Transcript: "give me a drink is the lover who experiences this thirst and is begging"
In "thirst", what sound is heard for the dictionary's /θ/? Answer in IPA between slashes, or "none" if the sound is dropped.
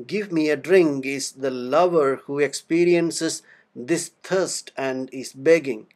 /t/